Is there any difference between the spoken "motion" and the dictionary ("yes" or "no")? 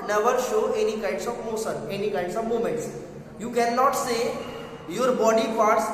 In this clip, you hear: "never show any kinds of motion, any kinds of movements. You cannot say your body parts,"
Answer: yes